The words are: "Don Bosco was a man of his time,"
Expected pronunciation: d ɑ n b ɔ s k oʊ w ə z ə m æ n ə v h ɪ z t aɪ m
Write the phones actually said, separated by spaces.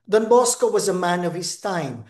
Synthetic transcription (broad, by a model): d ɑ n b ɔ s k oʊ w ə z ə m æ n ə v h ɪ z t aɪ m